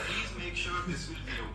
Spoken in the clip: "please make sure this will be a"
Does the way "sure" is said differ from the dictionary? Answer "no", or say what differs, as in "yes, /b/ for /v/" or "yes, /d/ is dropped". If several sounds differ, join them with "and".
no